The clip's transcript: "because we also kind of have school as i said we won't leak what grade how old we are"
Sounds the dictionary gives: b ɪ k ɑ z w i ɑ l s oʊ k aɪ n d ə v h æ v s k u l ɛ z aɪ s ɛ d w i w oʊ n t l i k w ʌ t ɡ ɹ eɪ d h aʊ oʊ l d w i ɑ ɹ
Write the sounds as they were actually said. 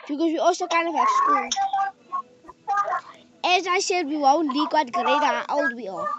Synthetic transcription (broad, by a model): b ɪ k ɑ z w i ɑ l s oʊ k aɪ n ə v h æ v s k u l ɛ z aɪ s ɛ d w i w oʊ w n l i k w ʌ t ɡ ɹ eɪ d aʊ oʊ w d w i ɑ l